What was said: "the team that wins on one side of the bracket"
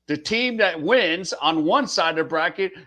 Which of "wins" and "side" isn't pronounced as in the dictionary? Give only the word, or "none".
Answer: none